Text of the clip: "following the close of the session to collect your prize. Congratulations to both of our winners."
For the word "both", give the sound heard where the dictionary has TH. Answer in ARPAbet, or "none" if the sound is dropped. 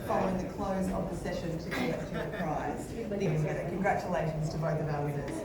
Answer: TH